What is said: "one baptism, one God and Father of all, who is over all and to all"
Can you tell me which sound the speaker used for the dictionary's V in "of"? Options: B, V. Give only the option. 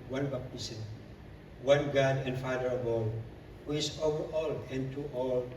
B